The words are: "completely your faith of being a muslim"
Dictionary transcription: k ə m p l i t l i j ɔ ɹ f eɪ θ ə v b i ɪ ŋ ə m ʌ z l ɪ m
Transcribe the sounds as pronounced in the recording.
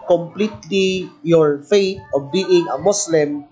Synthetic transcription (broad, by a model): k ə m p l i t l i j ɔ ɹ f eɪ t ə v b i ɪ ŋ ə m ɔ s l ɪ m